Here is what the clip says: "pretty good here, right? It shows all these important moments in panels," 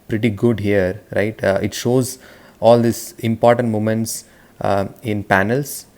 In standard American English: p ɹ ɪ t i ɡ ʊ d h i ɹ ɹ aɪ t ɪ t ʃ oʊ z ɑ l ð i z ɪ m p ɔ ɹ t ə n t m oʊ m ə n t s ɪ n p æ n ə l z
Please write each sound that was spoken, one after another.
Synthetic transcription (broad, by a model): p ɹ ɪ t i ɡ ʊ d h i ɹ ɹ aɪ t ɪ t ʃ oʊ z ɑ l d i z ɪ m p ɔ ɹ t ə n t m oʊ m ə n t s ɪ n p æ n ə l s